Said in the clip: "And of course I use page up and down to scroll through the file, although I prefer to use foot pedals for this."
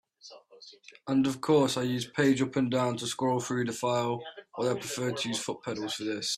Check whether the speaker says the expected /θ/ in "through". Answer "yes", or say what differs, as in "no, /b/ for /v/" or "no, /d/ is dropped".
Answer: yes